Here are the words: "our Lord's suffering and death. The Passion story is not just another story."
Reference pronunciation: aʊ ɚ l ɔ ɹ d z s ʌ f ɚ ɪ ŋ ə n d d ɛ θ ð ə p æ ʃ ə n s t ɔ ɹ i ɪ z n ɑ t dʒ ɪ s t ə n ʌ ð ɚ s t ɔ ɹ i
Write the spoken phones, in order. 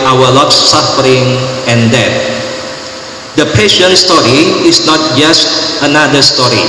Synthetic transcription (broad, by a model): aʊ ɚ l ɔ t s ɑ f ɚ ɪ ŋ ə n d d ɛ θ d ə p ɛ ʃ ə n s t ɔ ɹ i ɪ s n ɑ t dʒ ɪ s t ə n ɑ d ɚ s t ɔ ɹ i